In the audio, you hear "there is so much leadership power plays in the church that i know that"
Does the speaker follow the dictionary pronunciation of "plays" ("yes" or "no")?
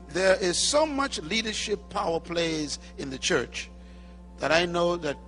yes